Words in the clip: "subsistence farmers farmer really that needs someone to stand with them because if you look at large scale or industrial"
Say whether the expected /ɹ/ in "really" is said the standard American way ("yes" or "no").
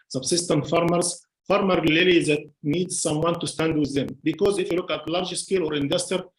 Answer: no